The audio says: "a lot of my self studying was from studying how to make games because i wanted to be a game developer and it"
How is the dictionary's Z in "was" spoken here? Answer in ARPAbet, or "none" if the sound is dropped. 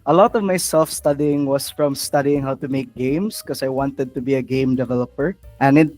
S